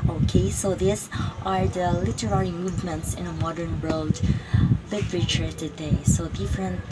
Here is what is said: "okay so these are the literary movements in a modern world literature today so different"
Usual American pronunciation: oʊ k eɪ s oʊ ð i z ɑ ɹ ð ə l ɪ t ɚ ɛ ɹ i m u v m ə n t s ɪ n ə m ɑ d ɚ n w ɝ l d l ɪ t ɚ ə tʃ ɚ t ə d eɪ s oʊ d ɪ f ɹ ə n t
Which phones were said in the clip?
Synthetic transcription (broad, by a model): oʊ k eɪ s oʊ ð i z ɑ ɹ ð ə l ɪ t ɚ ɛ ɹ i m u v m ə n t s ɪ n ə m ɑ d ɚ n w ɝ l d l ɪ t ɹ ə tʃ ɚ t ə d eɪ s oʊ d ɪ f ɹ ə n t